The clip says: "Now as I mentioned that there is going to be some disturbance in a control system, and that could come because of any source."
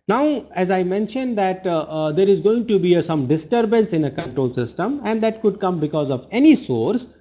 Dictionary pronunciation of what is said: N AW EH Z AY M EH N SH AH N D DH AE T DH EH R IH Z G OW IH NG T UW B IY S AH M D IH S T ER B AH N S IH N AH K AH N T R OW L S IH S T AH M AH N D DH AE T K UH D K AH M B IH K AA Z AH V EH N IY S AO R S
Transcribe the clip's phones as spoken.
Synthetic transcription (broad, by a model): N AW EH Z AY M EH N SH AH N D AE T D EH R IH Z G OW IH NG T UW B IY S AH M D IH S T ER B AH N S IH N AH K AH N T R OW L S IH S T AH M AH N D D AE T K UH D K AH M B IH K AA Z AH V EH N IY S AO R S